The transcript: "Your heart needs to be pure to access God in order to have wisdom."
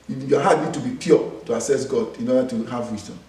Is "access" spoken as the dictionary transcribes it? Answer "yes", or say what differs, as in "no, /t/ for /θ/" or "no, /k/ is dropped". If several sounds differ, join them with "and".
no, /k/ is dropped